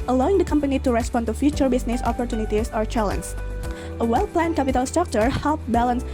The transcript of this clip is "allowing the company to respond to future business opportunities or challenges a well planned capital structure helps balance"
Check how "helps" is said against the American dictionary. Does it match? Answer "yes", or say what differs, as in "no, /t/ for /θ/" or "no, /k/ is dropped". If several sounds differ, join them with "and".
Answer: no, /s/ is dropped